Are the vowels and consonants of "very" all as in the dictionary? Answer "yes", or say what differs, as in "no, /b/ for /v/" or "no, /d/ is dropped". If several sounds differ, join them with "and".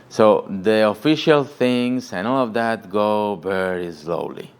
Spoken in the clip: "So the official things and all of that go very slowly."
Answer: no, /b/ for /v/